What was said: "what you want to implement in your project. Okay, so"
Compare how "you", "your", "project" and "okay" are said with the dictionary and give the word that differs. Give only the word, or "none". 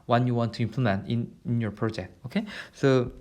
none